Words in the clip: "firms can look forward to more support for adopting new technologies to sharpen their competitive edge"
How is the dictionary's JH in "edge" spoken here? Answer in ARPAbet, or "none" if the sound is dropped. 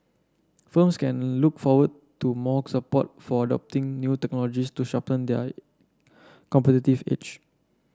CH